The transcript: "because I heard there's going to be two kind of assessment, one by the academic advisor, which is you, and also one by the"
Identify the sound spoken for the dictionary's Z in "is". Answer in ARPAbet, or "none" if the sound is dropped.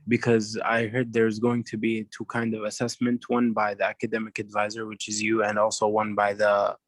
Z